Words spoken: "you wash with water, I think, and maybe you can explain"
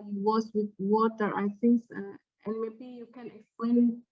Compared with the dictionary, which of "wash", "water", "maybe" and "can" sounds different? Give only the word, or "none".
wash